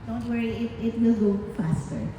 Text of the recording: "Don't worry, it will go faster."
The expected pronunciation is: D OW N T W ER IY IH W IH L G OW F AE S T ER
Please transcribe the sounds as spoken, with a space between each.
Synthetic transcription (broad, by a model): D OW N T W ER IY IH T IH N G OW F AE S T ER